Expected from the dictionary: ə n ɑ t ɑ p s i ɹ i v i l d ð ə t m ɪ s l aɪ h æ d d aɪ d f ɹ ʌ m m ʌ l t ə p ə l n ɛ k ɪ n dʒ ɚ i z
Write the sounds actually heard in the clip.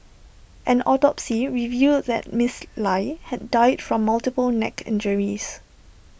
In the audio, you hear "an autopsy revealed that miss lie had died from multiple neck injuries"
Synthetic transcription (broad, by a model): ə n ɑ t ɑ p s i ɹ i v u d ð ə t m ɪ s l aɪ h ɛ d d aɪ d f ɹ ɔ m m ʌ l t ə p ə l n ɛ k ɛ n dʒ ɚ i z